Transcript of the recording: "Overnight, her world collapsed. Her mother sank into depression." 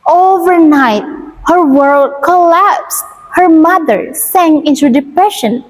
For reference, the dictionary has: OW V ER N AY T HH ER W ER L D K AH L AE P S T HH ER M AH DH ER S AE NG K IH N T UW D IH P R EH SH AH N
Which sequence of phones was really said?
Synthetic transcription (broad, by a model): OW V ER N AY T HH ER W ER L D K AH L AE P S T HH ER M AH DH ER S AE NG IH N T UW D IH P R EH SH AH N